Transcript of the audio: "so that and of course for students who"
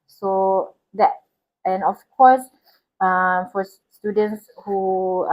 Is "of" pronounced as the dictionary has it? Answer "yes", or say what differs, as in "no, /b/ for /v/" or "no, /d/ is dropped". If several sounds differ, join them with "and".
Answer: no, /f/ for /v/